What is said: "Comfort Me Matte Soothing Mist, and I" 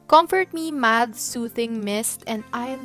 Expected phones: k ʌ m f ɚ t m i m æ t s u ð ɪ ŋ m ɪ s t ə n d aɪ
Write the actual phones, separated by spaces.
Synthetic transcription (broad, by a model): k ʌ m f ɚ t m i m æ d s u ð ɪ ŋ m ɪ s t ə n d aɪ